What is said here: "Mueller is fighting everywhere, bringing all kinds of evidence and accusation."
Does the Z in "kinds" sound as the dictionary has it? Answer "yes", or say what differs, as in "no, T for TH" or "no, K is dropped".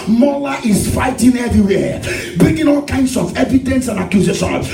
no, S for Z